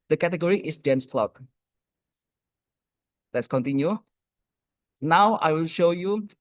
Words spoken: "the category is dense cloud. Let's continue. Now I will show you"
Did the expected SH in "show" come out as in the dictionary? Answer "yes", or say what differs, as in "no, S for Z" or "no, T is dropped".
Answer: yes